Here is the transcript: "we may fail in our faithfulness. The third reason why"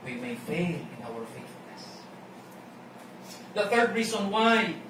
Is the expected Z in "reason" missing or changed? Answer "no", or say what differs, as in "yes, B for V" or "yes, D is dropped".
yes, S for Z